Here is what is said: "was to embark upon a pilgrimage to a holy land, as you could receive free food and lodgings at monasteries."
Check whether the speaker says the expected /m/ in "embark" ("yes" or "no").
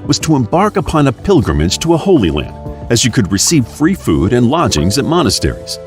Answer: yes